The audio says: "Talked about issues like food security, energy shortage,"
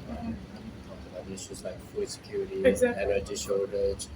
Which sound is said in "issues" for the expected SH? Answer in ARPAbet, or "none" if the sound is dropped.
S